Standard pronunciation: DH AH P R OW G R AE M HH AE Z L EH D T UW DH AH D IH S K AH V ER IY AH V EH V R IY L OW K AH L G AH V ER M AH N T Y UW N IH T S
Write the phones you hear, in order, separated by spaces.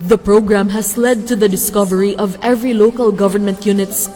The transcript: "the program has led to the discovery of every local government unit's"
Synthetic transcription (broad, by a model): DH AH P R OW G R AE M HH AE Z L EH D T UW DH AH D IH S K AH V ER IY AH V EH V R IY L OW K AH L G AH V ER M AH N T Y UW N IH T S